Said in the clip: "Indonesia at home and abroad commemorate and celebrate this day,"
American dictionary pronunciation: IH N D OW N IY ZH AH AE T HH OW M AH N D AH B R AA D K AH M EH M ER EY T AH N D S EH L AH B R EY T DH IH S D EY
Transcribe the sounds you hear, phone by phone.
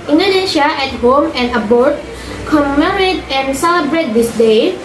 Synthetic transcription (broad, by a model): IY N D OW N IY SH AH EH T HH OW M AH N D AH B AA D K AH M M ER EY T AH N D S EH L AH B R EY T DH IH S D EY